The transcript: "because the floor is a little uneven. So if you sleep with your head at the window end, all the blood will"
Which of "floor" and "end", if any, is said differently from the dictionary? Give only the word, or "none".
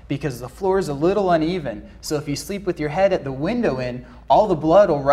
end